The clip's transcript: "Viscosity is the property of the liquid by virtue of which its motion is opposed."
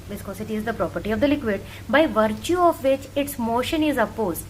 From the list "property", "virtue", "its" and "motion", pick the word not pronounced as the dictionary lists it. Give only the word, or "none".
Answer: none